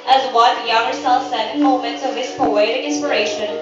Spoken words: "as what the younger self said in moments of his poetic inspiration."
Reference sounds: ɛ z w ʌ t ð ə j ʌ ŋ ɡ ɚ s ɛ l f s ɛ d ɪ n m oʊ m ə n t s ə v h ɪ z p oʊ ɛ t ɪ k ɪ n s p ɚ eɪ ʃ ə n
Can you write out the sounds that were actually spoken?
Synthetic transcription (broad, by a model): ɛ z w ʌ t j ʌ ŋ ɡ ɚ s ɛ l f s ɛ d ɪ n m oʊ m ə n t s ə v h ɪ s p oʊ ɛ t ɪ k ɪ n s p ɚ eɪ ʃ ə n